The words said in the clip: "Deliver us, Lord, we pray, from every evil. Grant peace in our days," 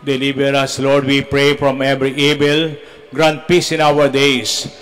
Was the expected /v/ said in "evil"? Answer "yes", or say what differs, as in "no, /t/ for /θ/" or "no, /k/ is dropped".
no, /b/ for /v/